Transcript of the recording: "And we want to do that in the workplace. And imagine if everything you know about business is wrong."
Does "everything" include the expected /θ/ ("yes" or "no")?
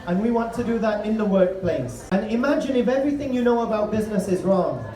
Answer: yes